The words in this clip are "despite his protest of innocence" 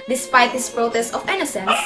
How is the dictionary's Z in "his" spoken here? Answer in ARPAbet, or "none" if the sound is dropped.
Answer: S